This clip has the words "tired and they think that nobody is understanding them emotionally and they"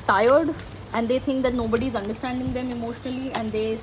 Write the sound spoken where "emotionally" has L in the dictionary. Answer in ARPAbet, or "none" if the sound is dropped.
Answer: L